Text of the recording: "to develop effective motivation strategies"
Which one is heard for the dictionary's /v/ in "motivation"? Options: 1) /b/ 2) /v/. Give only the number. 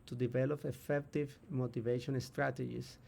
2